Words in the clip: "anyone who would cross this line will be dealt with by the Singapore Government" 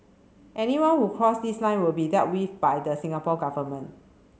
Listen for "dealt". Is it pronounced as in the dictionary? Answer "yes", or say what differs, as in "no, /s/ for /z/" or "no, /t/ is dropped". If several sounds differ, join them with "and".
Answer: no, /l/ is dropped